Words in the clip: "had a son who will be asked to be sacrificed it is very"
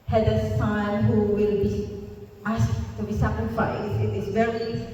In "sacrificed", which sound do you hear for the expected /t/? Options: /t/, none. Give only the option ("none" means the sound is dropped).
none